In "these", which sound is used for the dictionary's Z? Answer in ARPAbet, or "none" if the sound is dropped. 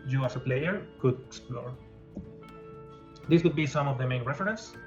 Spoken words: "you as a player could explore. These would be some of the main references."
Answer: S